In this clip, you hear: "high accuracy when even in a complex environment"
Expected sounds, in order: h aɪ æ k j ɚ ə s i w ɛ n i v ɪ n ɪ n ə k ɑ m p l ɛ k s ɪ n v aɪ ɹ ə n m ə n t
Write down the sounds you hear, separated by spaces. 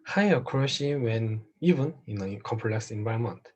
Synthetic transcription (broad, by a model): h aɪ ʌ k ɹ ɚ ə ʃ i w ɛ n i v ɪ n ɪ n ə k ɑ m p l ɛ k s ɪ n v aɪ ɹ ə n m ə n t